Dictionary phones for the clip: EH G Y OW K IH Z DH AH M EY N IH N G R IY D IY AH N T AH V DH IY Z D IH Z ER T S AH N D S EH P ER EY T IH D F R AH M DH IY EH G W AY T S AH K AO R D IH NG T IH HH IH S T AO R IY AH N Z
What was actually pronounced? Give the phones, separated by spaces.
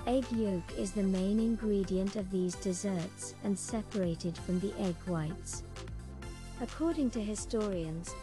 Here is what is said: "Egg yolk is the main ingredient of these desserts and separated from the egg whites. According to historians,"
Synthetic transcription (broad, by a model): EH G Y OW K IH Z DH AH M EY N IH N G R IY D IY AH N T AH V DH IY Z D IH Z ER T S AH N S EH P ER EY T IH D F R AH M DH IY EH G W AY T S AH K AO R D IH NG T IH HH IH S T AO R IY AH N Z